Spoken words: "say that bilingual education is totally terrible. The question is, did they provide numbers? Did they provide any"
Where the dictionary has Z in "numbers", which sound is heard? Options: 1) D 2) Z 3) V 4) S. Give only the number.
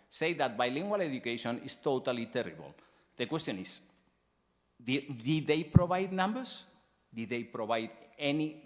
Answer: 4